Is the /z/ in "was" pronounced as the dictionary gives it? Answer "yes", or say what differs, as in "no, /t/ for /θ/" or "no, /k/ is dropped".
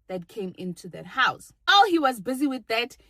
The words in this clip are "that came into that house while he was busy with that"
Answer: yes